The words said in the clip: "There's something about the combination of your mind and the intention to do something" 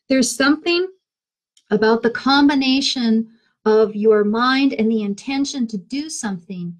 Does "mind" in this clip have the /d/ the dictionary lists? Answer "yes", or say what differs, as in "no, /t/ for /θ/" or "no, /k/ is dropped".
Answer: yes